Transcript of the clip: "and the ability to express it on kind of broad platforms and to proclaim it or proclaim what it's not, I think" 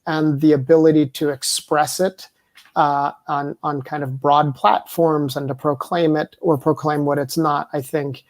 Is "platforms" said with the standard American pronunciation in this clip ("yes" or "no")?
yes